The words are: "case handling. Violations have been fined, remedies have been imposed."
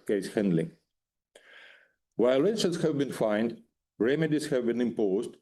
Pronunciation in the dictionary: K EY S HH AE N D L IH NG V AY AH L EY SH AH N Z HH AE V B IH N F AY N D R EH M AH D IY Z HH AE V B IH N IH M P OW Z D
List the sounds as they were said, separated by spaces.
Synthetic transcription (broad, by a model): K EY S HH AE N D L IH NG W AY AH L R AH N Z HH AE V B IH N F AY N D R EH M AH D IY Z HH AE V B IH N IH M P OW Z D